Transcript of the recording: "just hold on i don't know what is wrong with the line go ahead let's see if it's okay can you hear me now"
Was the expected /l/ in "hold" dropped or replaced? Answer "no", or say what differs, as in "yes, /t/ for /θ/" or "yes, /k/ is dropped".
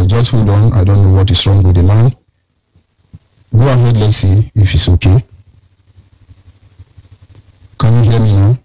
yes, /l/ is dropped